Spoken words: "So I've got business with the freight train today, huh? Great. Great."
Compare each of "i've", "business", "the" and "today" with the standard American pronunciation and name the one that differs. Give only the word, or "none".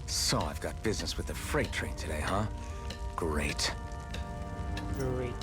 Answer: none